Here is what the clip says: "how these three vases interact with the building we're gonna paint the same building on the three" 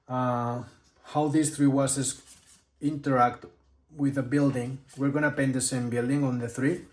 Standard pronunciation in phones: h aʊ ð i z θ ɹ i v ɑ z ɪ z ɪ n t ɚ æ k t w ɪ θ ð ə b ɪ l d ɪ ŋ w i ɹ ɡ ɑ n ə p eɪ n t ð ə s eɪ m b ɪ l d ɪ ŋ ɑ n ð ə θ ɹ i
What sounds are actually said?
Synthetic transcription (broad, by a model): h aʊ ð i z θ ɹ i w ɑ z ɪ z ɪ n t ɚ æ k t w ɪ ð ə b ɪ l d ɪ ŋ w i ɹ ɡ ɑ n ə p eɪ n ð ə s eɪ m b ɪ l d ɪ ŋ ɑ n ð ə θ ɹ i